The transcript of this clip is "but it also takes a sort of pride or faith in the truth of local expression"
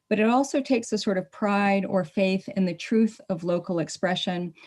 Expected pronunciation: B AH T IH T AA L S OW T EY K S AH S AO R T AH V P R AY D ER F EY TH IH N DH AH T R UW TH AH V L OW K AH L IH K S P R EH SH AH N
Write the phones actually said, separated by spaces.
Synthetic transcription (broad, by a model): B AH T IH T AA L S OW T EY K S AH S AO R T AH V P R AY D ER F EY TH IH N DH AH T R UW TH AH V L OW K L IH K S P R EH SH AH N